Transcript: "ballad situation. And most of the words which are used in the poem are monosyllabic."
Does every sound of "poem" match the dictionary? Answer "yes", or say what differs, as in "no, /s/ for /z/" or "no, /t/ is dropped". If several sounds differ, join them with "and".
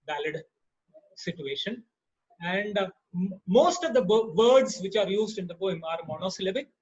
no, /b/ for /p/